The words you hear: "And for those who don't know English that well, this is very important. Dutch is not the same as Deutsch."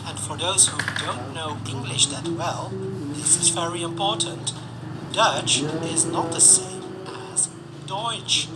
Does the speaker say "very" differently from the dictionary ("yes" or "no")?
no